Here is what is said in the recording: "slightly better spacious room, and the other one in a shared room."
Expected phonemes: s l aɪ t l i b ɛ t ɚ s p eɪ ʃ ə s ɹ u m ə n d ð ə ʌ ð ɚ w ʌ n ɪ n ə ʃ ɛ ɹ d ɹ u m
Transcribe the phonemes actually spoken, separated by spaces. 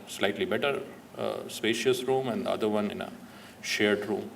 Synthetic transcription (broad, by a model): s l aɪ t l i b ɛ t ɚ s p eɪ ʃ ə s ɹ u m ə n d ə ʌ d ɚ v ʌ n ɪ n ə ʃ ɛ ɹ d ɹ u m